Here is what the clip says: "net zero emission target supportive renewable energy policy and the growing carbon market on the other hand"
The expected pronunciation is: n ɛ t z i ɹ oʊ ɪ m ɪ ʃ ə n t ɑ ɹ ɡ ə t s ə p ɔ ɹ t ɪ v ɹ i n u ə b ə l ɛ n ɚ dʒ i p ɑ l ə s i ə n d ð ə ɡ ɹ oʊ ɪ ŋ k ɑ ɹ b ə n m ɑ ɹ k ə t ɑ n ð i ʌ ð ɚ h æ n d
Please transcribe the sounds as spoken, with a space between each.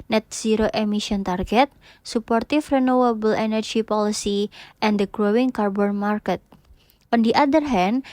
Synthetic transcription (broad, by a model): n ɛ t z i ɹ oʊ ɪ m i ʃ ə n t ɑ ɹ ɡ ə t s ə p ɔ ɹ t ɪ f ɹ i n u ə b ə l ɛ n ɚ dʒ i p ɑ l ə s i ə n d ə ɡ ɹ oʊ ɪ ŋ k ɑ ɹ b ə n m ɑ ɹ k ə t ɑ n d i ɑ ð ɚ h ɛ n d